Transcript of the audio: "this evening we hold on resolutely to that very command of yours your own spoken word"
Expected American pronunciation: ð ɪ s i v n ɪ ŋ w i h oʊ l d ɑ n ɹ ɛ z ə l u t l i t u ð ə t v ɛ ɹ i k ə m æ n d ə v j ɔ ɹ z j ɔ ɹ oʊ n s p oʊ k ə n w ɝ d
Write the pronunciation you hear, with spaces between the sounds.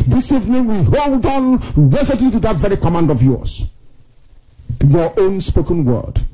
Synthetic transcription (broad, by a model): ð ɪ s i v n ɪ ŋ w i h oʊ l d ɑ n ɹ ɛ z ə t i t u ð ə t v ɛ ɹ i k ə m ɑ n d ə v j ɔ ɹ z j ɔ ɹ oʊ n s p oʊ k ə n w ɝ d